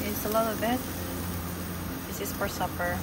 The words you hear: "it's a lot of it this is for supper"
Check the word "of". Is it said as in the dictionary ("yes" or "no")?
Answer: no